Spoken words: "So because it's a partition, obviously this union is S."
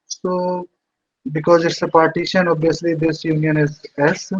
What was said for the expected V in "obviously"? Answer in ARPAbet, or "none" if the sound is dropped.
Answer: none